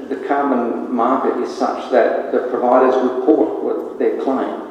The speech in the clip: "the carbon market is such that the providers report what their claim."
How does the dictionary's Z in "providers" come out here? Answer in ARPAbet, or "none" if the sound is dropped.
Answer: Z